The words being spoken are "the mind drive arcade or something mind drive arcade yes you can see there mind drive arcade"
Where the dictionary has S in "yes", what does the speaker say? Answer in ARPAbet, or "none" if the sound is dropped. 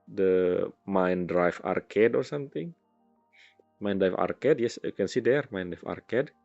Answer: S